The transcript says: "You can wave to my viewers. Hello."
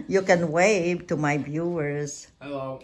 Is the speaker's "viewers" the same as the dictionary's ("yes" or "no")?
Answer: no